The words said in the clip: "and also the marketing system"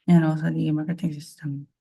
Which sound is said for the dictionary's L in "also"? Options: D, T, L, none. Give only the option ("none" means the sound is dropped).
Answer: none